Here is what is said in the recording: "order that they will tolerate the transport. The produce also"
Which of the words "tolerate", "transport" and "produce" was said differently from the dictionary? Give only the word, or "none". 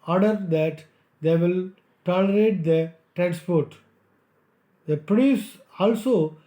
produce